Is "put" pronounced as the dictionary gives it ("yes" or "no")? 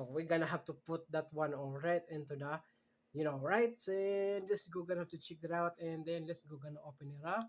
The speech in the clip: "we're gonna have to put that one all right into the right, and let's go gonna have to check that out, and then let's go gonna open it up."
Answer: yes